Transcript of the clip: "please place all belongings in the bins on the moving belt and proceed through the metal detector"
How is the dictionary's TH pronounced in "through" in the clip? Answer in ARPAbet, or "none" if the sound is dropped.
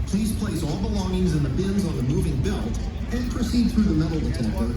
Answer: TH